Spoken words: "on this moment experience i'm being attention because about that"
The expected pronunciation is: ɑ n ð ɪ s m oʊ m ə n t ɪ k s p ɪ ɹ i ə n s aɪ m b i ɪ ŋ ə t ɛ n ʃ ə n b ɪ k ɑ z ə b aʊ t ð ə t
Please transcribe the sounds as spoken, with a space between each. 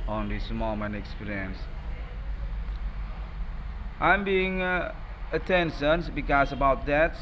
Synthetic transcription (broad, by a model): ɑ n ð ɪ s m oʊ m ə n ɪ k s p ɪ ɹ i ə n s aɪ m b i ɪ ŋ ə t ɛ n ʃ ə n b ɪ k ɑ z ə b aʊ t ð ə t